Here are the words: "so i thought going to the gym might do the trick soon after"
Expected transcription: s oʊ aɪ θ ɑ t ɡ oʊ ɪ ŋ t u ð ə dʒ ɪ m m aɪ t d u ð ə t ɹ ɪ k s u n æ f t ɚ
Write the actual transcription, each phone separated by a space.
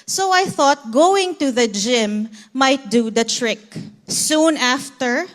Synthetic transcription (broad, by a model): s oʊ aɪ θ ɑ t ɡ oʊ ɪ ŋ t u ð ə dʒ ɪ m m aɪ t d u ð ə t ɹ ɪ k s u n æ f t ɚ